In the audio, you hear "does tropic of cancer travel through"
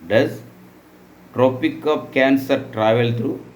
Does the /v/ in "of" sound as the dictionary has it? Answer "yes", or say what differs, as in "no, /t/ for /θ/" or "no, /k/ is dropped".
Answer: no, /p/ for /v/